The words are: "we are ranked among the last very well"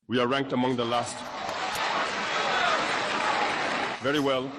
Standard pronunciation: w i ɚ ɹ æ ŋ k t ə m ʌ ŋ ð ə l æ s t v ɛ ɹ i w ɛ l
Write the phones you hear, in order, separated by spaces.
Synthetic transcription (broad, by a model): w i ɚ ɹ æ ŋ k t ə m ʌ ŋ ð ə l æ s t v ɛ ɹ i w ɛ l